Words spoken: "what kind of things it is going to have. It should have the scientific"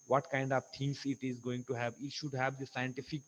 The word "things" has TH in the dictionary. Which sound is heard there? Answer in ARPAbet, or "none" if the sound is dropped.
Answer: T